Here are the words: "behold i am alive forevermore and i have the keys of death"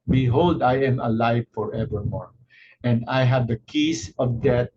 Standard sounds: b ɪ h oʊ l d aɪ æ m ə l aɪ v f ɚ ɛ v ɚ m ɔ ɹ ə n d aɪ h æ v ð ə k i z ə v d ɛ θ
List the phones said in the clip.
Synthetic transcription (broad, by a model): b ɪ h oʊ l d aɪ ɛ m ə l aɪ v f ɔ ɛ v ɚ m ɔ ɹ ə n d aɪ h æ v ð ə k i s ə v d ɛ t